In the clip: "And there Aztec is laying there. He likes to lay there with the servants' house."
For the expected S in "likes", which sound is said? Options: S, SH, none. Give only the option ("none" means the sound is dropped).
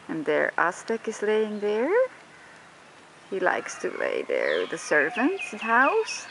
S